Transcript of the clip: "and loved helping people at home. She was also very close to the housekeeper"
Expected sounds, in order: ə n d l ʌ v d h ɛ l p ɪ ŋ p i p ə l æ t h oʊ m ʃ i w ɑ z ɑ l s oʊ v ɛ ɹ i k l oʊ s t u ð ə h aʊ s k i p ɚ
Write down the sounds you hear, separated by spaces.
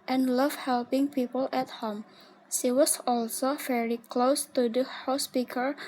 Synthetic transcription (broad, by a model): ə n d l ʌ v h ɛ l p ɪ ŋ p i p ə l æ t h oʊ m ʃ i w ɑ s ɑ l s oʊ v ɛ ɹ i k l oʊ s t u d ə h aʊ s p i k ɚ